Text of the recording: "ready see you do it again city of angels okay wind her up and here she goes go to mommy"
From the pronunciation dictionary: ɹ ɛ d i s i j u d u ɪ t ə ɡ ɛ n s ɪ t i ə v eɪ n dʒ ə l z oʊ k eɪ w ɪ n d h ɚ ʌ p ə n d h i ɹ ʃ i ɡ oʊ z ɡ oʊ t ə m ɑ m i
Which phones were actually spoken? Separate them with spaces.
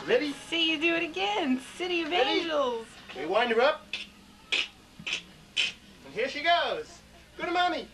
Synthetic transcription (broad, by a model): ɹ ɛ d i s i j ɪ d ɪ ɪ t ə ɡ ɛ n s ɪ t i ə v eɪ dʒ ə l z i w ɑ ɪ n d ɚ ʌ p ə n h i ɹ ʃ i ɡ oʊ z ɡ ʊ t m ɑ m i